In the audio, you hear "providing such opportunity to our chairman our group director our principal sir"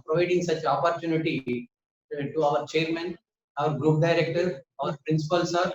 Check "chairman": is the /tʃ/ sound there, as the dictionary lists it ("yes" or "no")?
yes